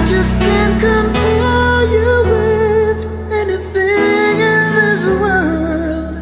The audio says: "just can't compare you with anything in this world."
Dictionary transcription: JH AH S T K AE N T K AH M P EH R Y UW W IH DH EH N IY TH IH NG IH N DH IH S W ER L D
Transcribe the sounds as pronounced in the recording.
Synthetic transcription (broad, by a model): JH AH S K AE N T K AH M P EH Y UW W IH DH EH N IY TH IH NG IH N DH IH S W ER L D